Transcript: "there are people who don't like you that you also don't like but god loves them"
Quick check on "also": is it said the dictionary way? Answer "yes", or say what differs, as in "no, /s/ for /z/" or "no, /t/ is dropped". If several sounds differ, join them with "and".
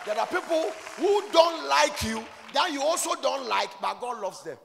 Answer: yes